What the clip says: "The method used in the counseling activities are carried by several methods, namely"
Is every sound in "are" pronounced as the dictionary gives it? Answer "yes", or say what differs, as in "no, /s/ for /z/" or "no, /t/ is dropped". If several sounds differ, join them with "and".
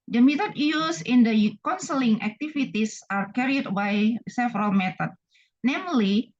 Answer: yes